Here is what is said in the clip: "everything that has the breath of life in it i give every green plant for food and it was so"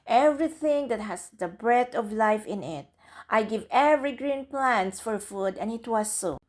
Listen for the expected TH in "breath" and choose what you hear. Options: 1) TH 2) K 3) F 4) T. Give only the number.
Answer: 4